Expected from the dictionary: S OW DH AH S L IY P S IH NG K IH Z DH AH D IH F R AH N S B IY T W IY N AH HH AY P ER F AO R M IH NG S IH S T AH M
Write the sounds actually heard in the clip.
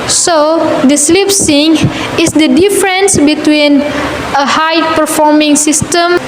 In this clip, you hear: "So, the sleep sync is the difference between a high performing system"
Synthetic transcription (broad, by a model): S OW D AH S L IY P S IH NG IH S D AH D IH F R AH N S B IY T W IY N AH HH AY P ER F AO R M IH NG S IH S T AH M